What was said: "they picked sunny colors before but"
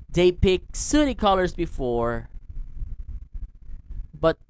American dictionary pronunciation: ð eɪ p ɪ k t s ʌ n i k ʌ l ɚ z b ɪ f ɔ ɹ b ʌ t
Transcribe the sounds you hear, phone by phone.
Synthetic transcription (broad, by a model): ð eɪ p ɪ k s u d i k ʌ l ɚ z b ɪ f ɔ ɹ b ʌ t